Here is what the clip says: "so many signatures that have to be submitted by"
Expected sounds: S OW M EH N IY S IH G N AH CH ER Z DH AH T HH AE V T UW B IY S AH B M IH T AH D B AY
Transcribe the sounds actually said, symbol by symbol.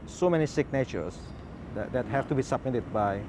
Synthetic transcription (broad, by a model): S OW M EH N IY S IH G N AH CH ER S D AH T HH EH F T UW B IY S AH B M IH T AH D B AY